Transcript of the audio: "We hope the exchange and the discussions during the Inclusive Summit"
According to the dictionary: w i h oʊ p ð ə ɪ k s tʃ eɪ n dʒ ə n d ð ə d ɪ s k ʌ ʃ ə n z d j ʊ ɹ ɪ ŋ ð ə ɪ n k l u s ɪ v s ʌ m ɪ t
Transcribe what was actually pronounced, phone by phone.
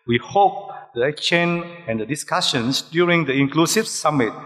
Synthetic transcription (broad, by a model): w i h oʊ p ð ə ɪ k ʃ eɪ n ə n d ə d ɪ s k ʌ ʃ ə n s d j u ɹ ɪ ŋ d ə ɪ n k l u s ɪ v s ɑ m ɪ t